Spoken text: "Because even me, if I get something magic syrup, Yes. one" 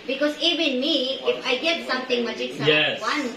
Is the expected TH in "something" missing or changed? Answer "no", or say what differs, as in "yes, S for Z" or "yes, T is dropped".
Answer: yes, T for TH